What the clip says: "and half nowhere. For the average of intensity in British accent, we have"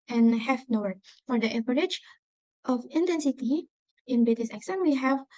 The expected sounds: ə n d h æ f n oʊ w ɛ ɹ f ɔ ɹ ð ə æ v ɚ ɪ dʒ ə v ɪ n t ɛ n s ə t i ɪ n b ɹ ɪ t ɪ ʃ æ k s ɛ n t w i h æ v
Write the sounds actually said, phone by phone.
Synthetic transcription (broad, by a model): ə n h æ f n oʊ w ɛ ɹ f ɔ ɹ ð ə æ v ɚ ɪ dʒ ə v ɪ n t ɛ n s ə t i ɪ n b ɪ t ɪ s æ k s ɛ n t w i h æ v